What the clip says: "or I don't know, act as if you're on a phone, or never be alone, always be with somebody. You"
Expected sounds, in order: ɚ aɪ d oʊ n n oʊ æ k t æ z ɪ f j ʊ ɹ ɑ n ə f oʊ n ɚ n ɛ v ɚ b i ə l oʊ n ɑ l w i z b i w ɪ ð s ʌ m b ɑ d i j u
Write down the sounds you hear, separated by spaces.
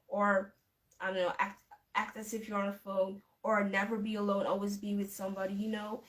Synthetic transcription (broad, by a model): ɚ aɪ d oʊ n n oʊ æ k t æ s ɪ f j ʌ ɹ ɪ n ə f oʊ n ɚ n ɛ v ɚ b i ə l oʊ n ɑ l w i z b i w ɪ ð s ʌ m b ɑ d i j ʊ